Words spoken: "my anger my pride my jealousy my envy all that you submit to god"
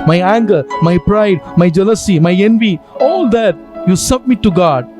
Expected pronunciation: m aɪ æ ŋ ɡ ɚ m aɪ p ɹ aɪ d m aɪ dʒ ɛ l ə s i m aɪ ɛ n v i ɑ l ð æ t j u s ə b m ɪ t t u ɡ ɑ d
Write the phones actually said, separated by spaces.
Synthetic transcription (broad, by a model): m aɪ æ ŋ ɡ ɚ m aɪ p ɹ aɪ d m aɪ dʒ ɛ l ə s i m aɪ ɛ n v i ɑ l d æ t j u s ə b m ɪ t t u ɡ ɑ d